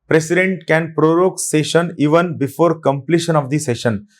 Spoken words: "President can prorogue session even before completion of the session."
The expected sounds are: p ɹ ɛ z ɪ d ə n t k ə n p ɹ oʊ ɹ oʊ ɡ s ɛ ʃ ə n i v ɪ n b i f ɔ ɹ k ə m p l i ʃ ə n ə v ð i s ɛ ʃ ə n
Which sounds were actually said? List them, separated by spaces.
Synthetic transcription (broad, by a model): p ɹ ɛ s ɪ d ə n t k ə n p ɹ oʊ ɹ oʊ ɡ s ɛ ʃ ə n i v ɪ n b i f ɔ ɹ k ə m p l i ʃ ə n ə v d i s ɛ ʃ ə n